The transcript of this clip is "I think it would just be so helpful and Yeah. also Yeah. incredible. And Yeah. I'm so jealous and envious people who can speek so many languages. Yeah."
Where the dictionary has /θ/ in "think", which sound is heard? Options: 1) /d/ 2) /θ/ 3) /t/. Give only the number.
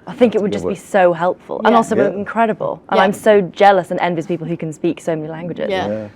2